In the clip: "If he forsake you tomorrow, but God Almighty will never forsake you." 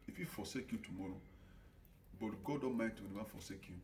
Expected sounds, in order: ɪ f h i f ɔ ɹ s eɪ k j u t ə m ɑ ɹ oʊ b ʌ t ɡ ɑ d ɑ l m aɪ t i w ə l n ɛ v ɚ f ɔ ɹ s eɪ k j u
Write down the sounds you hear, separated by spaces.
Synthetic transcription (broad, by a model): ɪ f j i f ɔ s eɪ k j u t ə m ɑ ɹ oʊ b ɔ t ɡ ɑ d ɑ m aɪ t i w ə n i w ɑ f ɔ s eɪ k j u